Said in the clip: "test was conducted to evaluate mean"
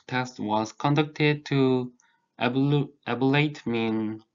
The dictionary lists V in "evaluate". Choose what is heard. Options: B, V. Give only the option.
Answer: B